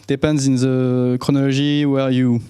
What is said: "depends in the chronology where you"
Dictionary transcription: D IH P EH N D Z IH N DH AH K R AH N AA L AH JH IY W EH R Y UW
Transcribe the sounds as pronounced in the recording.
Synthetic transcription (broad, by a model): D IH P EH N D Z IH N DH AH K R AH N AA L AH ZH IY W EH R Y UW